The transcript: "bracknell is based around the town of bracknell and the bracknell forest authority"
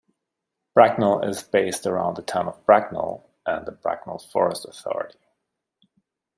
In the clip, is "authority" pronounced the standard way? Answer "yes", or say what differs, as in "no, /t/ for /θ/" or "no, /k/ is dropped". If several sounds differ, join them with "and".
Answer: yes